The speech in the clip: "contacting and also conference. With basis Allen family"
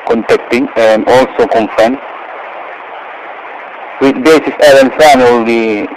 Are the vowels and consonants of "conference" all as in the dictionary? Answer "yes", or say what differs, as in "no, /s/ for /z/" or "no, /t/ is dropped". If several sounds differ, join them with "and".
no, /ɹ/ is dropped and /s/ is dropped